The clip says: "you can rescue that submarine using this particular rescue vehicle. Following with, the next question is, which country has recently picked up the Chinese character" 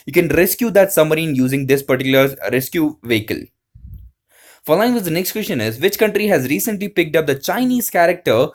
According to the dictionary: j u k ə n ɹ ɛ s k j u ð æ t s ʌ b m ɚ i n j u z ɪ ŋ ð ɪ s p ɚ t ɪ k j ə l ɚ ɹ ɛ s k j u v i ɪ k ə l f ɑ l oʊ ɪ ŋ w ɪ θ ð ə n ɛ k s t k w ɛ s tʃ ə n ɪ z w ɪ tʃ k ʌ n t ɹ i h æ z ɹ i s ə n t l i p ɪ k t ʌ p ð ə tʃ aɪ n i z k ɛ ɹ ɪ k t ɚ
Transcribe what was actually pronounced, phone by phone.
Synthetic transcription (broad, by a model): j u k ə n ɹ ɛ s k j u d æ t s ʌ m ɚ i n j u z ɪ ŋ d ɪ s p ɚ t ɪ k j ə l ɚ ɹ ɛ s k j u v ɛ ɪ k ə l f ɑ l oʊ ɪ ŋ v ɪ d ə n ɛ k s t k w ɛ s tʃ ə n ɪ z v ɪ tʃ k ʌ n t ɹ i h æ z ɹ i s ə n t l i p ɪ k t ʌ p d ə tʃ aɪ n i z k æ ɹ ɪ k t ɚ